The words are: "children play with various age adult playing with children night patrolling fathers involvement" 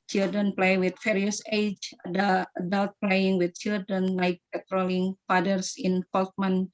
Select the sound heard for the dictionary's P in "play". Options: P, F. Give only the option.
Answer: P